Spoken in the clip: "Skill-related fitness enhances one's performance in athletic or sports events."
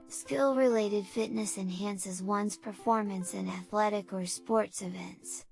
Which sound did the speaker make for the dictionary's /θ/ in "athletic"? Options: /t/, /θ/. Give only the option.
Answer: /θ/